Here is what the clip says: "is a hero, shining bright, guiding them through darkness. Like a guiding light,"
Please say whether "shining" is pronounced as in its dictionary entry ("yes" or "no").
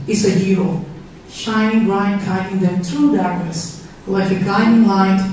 yes